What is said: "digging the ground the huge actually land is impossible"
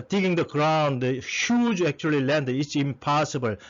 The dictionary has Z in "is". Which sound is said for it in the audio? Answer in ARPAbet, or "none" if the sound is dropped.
S